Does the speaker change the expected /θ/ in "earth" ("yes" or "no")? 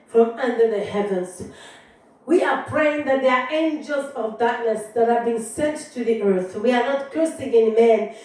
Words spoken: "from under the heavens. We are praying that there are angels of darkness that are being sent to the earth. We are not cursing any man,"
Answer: no